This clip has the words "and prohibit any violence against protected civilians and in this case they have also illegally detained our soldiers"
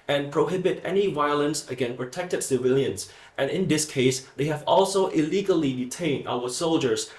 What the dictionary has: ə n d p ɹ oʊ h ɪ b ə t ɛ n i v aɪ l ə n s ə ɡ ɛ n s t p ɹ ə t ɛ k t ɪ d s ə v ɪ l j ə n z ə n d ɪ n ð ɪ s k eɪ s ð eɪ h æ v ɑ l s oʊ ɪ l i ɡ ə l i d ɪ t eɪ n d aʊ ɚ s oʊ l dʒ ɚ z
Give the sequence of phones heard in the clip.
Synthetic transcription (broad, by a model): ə n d p ɹ oʊ h ɪ b ə t ɛ n i v aɪ l ə n s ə ɡ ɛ n p ɹ ə t ɛ k t ɪ d s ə v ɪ l j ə n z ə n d ɪ n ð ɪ s k eɪ s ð eɪ h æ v ɑ l s oʊ ɪ l i ɡ ə l i d ɪ t eɪ n d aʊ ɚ s oʊ l dʒ ɚ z